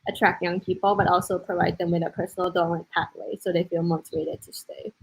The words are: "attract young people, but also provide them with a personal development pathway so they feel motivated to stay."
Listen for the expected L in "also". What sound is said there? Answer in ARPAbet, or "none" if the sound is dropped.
L